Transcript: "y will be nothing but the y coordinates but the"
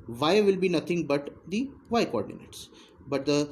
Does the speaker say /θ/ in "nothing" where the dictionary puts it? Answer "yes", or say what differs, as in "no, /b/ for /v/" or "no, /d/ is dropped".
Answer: no, /t/ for /θ/